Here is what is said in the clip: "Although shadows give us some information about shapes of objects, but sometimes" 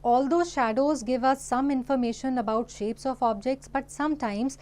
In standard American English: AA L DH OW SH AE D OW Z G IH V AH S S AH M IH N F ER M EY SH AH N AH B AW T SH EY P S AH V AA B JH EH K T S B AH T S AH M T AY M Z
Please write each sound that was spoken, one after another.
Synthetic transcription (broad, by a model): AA L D OW SH AE D OW Z G IH V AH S S AH M IH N F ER M EY SH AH N AH B AW T SH EY P S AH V AA B JH EH K T S B AH T S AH M T AY M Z